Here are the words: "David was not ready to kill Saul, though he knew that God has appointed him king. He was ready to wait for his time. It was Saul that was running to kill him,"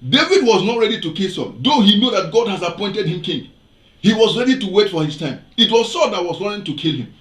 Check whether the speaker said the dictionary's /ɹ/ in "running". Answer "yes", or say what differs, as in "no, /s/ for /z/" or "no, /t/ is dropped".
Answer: no, /w/ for /ɹ/